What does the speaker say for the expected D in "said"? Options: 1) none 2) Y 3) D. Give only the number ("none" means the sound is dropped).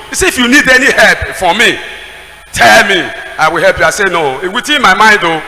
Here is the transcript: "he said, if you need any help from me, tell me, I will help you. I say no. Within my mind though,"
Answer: 1